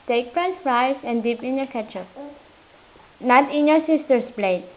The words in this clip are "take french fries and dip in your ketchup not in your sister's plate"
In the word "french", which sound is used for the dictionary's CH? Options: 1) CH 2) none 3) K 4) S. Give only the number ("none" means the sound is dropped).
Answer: 4